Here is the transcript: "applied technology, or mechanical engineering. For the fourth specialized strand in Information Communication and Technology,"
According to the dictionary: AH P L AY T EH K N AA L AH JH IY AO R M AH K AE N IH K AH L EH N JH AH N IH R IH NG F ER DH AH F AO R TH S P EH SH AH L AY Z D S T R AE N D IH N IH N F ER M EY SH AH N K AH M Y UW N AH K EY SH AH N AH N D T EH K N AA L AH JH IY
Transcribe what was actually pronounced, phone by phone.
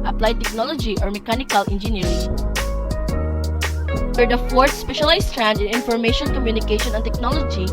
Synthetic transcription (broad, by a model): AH P L AY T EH K N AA L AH JH IY AO R M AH K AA N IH K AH L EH N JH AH N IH R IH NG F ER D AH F AO R T S P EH SH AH L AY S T R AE N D IH N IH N F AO M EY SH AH N K AH M Y UW N AH K EY SH AH N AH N T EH K N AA L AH JH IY